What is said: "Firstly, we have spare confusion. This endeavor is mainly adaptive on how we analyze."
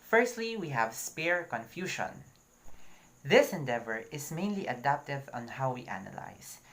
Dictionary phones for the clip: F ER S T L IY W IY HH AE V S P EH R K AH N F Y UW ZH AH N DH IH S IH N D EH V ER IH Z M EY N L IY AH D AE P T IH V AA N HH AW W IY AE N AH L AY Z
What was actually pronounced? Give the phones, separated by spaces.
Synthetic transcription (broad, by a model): F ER S T L IY W IY HH AE V S P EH R K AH N F Y UW SH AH N DH IH S IH N D EH V ER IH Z M EY N L IY AH D AE P T IH V AA N HH AW W IY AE N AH L AY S